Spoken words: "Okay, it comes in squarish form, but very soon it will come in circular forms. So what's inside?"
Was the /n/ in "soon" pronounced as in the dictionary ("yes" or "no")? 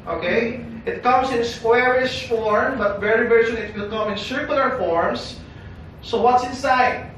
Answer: no